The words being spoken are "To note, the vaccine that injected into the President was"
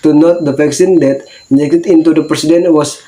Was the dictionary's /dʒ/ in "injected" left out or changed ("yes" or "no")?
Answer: yes